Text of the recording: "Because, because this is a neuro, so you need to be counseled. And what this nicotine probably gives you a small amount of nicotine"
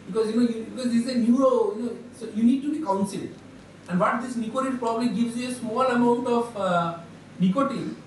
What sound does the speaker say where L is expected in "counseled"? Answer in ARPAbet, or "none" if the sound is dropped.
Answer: L